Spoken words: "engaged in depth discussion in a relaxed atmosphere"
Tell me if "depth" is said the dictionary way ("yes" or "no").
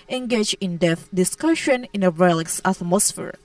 no